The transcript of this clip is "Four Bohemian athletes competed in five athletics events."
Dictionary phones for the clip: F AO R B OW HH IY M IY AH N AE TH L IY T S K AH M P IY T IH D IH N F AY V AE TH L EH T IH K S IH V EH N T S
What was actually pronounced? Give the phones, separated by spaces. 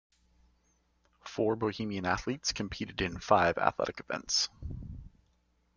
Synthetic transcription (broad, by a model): F AO R B OW HH IY M IY AH N AE TH L IY T S K AH M P IY T IH D IH N F AY V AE TH L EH T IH K IH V EH N T S